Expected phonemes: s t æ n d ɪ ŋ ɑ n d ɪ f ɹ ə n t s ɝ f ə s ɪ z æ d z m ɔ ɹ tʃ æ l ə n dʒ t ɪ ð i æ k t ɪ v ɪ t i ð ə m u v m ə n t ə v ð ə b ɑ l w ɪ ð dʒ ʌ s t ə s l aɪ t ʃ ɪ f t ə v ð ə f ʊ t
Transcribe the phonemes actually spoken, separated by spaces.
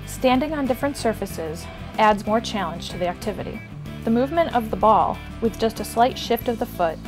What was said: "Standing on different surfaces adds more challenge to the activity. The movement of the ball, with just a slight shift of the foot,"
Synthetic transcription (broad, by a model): s t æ n d ɪ ŋ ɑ n d ɪ f ɹ ə n t s ɝ f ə s ɪ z æ d z m ɔ ɹ tʃ æ l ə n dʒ t ɪ ð i æ k t ɪ v ɪ t i ð ə m u v m ə n t ə v ð ə b ɑ l w ɪ ð dʒ ʌ s t ə s l aɪ t ʃ ɪ f t ə v ð ə f ʊ t